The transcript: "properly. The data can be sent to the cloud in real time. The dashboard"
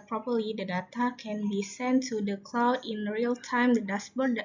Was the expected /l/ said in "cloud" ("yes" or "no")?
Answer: yes